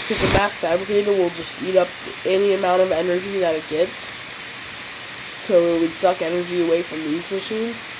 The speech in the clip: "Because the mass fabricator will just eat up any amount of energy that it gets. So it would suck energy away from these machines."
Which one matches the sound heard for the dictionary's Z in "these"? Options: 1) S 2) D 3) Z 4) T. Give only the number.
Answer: 3